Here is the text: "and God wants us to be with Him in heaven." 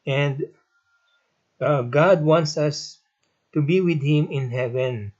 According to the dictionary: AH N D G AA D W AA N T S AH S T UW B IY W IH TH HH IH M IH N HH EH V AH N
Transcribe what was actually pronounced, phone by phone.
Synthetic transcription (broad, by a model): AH N D G AA D W AA N T S AH S T UW B IY W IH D HH IH M IH N HH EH V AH N